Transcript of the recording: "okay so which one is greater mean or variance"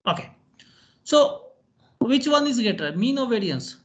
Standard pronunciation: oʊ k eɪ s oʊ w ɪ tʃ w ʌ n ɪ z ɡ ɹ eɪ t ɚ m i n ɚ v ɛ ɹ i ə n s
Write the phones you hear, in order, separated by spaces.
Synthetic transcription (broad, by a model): oʊ k eɪ s oʊ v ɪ tʃ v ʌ n ɪ z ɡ eɪ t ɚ m i n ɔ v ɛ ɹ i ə n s